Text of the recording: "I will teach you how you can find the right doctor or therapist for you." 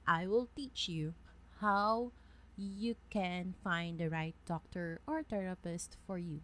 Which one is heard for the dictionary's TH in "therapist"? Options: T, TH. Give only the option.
T